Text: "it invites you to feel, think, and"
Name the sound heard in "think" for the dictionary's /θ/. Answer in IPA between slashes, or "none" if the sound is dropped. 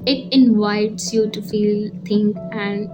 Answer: /t/